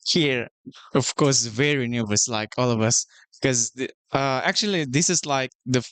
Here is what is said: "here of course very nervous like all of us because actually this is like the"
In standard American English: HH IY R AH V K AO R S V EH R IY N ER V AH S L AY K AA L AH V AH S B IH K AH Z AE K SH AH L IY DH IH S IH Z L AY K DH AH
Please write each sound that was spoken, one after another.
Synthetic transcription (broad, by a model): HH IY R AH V K AO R S V EH R IY N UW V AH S L AY K AA L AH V AH S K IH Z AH AE K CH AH L IY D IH S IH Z L AY K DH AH